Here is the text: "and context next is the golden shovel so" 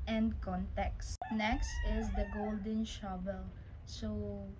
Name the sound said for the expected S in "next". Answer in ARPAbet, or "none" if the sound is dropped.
S